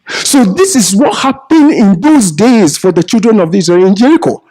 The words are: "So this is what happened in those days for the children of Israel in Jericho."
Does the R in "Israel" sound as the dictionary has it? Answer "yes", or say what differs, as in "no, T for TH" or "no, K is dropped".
no, R is dropped